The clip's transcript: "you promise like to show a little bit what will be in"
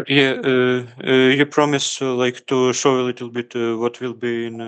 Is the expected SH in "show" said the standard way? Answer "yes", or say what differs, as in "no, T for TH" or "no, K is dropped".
yes